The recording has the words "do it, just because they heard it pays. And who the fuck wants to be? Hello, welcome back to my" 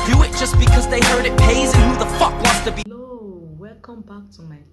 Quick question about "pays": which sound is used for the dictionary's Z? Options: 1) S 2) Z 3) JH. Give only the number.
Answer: 2